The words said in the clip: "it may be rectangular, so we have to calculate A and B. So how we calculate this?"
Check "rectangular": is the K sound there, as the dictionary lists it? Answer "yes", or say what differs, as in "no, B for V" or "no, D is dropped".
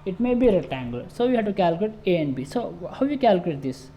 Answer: no, K is dropped